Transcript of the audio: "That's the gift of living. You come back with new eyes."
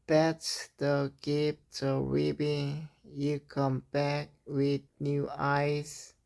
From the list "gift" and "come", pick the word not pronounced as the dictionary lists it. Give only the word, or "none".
gift